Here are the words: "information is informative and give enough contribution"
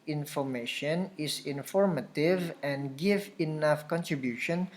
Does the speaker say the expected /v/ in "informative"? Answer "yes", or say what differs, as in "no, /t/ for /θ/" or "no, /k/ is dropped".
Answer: yes